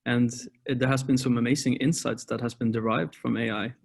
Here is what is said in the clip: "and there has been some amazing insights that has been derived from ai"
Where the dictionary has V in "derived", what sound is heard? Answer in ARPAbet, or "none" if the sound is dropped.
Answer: V